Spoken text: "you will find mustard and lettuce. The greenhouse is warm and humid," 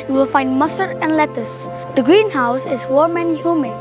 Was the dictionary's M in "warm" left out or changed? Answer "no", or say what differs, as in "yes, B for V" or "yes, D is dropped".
no